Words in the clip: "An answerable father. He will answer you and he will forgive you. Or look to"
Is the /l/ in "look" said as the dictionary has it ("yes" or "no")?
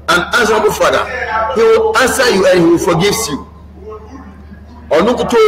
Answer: no